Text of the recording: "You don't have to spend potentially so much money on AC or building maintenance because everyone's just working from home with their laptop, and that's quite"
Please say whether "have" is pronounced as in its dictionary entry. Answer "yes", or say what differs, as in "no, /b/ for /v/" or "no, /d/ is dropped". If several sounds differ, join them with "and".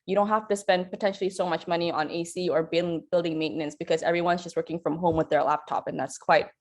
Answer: no, /f/ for /v/